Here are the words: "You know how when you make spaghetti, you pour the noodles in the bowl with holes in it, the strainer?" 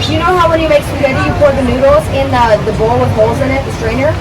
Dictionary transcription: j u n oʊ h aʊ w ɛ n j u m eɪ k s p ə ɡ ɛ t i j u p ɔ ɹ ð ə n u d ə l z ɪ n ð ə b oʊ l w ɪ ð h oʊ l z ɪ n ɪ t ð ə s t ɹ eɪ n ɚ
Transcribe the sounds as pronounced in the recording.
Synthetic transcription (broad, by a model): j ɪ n oʊ h aʊ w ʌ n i m eɪ k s ə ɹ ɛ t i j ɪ p ɔ ɹ ð ə n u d l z ɪ n ð ə b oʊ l w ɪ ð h oʊ l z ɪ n ɪ t ð ə s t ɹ eɪ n ɚ